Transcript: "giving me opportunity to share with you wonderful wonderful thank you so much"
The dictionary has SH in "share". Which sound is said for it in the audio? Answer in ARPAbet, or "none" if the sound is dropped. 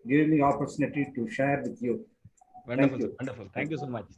SH